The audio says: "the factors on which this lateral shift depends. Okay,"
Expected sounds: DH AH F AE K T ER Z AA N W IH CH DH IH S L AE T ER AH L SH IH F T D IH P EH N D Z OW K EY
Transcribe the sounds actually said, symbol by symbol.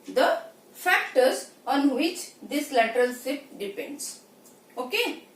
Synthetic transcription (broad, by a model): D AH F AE K T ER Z AA N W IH CH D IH S L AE T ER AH L S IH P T D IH P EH N D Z OW K EY